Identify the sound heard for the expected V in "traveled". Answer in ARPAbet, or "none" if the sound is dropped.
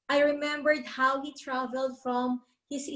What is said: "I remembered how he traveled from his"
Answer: V